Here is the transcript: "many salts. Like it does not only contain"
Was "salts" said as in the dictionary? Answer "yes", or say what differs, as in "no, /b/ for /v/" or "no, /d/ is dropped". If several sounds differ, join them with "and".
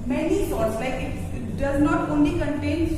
no, /l/ is dropped